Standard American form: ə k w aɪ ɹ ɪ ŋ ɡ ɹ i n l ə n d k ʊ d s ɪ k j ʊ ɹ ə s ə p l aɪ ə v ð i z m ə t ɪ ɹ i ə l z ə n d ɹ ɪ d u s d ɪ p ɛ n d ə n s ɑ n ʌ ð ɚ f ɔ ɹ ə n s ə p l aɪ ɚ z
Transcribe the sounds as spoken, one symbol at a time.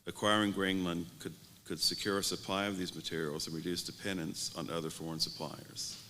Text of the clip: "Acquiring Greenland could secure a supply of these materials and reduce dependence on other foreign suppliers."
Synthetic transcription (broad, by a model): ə k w aɪ ɹ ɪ ŋ ɡ ɹ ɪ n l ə n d k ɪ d s ɪ k j ʊ ɹ ə s ə p l aɪ ə v ð i z m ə t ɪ ɹ i l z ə n ɹ ɪ d u s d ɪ p ɛ n d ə n s n ʌ ð ɚ f ɔ ɹ ə n s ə p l aɪ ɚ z